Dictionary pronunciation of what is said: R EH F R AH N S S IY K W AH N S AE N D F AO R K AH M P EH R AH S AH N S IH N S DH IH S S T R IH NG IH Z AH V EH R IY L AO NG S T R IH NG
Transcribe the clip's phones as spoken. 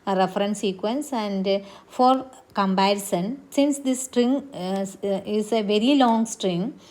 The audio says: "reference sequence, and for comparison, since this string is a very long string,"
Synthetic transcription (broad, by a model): R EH F R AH N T S IY K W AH N S AE N D F AO R K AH M B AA AH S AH N S IH N S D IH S S T R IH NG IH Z AH V EH R IY L AO NG S T R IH NG